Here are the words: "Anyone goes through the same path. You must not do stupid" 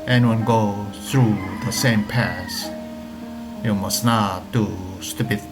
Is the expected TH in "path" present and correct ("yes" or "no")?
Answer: no